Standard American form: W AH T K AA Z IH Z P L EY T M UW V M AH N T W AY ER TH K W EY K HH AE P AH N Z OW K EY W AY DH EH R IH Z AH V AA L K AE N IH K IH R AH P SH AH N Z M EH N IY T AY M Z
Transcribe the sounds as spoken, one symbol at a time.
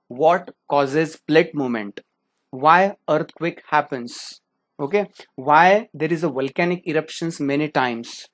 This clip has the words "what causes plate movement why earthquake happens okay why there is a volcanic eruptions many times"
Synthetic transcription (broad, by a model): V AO T K AA Z IH Z P L EY T M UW M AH N T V AY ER T K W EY K HH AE P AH N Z OW K EY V AY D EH R IH Z AH V AA L K AE N IH K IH R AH P SH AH N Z M EH N IY T AY M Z